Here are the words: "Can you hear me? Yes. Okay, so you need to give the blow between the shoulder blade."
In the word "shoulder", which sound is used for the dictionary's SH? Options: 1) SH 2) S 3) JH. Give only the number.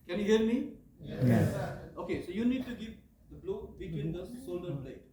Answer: 2